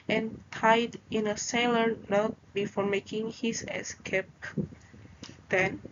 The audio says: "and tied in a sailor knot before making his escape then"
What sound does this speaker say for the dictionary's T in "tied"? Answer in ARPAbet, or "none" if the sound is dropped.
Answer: T